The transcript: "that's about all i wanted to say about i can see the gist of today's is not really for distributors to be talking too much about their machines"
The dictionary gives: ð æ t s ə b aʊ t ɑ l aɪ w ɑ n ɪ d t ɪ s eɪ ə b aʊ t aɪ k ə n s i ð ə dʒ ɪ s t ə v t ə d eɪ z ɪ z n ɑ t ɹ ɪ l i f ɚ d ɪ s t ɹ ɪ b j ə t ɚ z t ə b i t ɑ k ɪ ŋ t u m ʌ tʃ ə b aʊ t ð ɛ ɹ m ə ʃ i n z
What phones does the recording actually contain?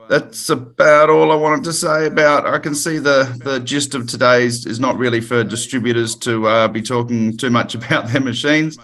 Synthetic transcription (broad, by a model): ð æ t s ə b aʊ t ɑ l aɪ w ɑ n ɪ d t ɪ s eɪ ə b aʊ t aɪ k ə n s i ð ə dʒ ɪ s t ə v t ə d eɪ z ɪ z n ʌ t ɹ ɪ l i f ɚ d ɪ s t ɹ ɪ b j ə t ɚ z t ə b i t ɑ k ɪ ŋ t u m ʌ tʃ ə b aʊ t ð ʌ ɹ m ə ʃ i n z